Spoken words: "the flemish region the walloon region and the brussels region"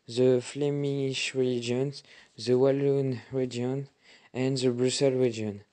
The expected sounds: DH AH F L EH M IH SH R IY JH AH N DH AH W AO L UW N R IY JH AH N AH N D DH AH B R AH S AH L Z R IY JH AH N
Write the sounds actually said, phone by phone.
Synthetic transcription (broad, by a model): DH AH F L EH M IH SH R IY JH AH N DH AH W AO L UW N R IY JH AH N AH N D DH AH B R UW S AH L R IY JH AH N